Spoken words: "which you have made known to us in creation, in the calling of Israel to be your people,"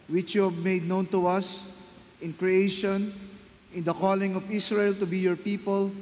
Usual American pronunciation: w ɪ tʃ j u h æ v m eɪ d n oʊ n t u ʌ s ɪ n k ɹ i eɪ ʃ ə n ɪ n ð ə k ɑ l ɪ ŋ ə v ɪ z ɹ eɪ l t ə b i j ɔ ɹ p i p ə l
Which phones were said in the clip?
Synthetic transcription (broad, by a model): w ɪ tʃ j u h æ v m eɪ d n oʊ n t u ʌ s ɪ n k ɹ i eɪ ʃ ə n ɪ n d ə k ɑ l ɪ ŋ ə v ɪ s ɹ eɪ l t ə b i j ɔ ɹ p i p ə l